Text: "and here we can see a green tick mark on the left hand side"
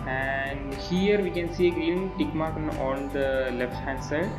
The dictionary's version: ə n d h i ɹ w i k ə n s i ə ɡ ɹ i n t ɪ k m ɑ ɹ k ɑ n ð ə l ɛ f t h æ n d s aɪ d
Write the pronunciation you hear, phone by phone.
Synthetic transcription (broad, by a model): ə n d h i ɹ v i k ə n s i ə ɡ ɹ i l t ɪ k m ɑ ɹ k ɑ n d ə l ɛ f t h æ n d s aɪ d